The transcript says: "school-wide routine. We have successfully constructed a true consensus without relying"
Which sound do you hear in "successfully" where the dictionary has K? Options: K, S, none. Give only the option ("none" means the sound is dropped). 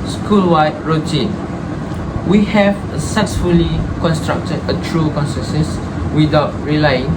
none